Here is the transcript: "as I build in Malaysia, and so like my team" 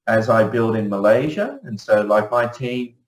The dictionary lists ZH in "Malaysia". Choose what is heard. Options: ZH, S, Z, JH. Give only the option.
ZH